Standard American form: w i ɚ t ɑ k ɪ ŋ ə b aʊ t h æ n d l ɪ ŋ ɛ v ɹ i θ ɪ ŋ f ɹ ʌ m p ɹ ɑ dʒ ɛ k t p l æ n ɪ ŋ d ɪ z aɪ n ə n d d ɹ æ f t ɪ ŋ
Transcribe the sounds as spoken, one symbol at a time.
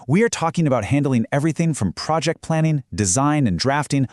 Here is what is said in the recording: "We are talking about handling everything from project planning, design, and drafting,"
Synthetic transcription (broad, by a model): w i ɚ t ɑ k ɪ ŋ ə b aʊ t h æ n d l ɪ ŋ ɛ v ɹ i θ ɪ ŋ f ɹ ʌ m p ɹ ɑ dʒ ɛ k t p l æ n ɪ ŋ d ɪ z aɪ n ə n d d ɹ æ f t ɪ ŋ